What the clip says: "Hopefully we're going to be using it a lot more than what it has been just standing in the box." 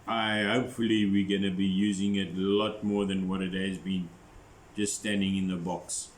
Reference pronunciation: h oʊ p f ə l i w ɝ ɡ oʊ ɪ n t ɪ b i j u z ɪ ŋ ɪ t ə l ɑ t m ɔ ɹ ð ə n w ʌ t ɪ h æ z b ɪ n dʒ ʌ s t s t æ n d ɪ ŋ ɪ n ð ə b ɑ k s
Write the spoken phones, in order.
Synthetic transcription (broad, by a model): h oʊ p f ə l i w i ɡ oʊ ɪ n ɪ b i j u z ɪ ŋ ɪ t ə l ɑ t m ɔ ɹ ð ə n w ʌ t ɪ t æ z b ɪ n dʒ ʌ s t s t æ n d ɪ ŋ ɪ n ð ə b ɑ k s